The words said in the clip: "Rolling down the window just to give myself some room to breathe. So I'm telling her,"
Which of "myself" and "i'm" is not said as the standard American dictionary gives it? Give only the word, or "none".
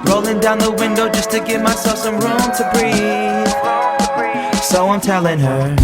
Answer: none